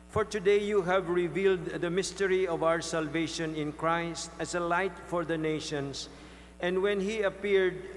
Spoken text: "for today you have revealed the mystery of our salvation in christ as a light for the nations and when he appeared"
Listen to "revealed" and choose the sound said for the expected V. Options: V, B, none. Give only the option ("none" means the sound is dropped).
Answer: V